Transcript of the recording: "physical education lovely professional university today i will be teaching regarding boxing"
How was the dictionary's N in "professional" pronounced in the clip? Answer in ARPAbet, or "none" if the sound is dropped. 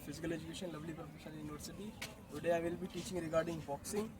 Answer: none